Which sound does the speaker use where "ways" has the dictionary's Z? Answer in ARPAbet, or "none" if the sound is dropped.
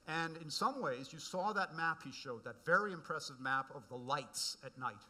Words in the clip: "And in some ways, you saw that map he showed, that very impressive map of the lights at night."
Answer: Z